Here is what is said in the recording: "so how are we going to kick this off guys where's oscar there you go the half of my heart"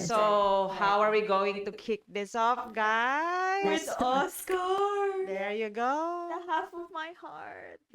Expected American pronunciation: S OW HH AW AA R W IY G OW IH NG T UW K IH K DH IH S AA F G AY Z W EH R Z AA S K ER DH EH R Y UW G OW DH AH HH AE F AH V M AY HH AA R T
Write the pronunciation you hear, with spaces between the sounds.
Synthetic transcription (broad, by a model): S OW HH AW AA R W IY G OW IH NG T UW K IH K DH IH S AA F G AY W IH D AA S K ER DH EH R Y UW G OW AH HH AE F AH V M AY HH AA R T